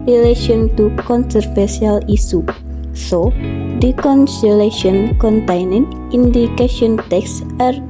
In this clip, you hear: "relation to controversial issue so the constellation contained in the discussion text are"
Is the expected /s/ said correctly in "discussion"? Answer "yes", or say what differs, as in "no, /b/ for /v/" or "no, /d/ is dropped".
no, /s/ is dropped